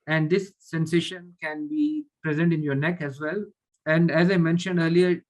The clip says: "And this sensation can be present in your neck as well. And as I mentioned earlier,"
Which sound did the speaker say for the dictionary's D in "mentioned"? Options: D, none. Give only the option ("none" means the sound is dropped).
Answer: D